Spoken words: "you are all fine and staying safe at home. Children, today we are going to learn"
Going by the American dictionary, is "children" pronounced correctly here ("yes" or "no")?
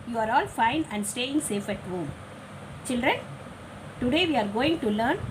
yes